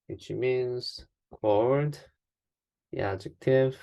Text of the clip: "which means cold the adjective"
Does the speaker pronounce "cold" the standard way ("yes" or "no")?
no